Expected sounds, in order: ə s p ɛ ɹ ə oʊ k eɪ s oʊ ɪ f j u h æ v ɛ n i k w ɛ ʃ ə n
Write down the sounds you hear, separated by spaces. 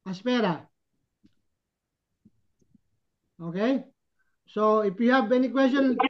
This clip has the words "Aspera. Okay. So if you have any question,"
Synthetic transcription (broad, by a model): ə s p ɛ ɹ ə oʊ k eɪ s oʊ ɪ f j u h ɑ b ɛ n i k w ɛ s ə n